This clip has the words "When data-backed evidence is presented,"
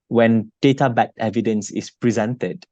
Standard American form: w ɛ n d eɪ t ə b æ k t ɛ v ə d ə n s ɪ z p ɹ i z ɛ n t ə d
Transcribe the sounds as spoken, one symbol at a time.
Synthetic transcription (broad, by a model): w ɛ n d eɪ t ə b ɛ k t ɛ v ə d ə n s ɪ s p ɹ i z ɛ n t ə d